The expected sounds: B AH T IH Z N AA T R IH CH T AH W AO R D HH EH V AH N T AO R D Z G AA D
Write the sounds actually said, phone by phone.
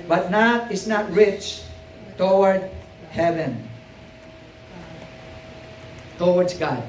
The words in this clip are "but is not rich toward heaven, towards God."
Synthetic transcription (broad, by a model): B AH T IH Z N AA T R IH CH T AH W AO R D HH EH V AH N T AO W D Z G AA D